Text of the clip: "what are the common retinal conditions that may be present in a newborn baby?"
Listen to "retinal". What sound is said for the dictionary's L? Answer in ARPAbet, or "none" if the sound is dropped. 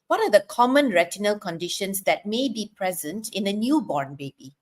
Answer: L